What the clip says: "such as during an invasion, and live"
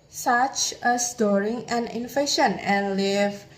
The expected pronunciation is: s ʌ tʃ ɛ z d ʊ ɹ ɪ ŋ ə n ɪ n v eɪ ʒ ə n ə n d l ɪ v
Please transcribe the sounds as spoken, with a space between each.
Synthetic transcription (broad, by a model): s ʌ tʃ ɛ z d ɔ ɹ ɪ ŋ ə n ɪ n f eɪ ʃ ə n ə n l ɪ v